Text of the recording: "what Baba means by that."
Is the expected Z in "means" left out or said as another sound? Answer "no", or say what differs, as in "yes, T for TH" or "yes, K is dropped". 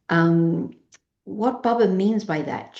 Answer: no